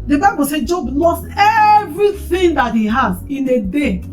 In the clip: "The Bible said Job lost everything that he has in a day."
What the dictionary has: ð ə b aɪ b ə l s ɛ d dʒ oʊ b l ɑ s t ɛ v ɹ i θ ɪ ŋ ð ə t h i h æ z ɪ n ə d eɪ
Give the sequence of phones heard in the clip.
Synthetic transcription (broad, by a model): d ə b aɪ b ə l s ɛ dʒ oʊ b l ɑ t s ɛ v ɹ i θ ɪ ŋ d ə t h i h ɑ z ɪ n ə d eɪ